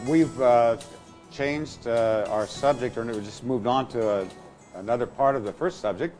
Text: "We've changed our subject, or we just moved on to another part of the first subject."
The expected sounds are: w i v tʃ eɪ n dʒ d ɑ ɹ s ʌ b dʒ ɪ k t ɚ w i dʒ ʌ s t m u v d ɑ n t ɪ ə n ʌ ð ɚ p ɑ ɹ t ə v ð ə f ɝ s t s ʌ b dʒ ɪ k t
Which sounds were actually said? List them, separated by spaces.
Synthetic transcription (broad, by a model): w i v tʃ eɪ n dʒ d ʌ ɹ s ʌ b dʒ ɪ k t ɚ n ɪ dʒ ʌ s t m u v d n t ɪ ə n ʌ ð ɚ p ɑ ɹ t ə v ð ə f ɝ s t s ʌ b dʒ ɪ k t